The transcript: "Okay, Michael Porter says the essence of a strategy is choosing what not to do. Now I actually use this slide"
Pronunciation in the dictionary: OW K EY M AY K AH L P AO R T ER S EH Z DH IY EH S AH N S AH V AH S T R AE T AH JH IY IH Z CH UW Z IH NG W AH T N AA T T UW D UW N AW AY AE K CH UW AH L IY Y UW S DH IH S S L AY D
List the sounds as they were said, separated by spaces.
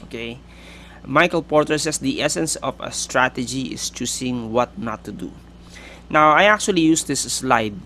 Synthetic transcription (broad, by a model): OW K EY M AY K AH L P AO R T ER S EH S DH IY EH S AH N S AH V AH S T R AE T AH JH IY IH S CH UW S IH NG W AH T N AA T T UW D UW N AW AY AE K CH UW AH L IY Y UW S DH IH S S L AY D